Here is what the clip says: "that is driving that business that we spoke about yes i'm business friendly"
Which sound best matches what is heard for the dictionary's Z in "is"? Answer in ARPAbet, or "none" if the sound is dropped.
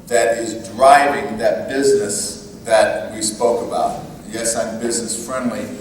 Z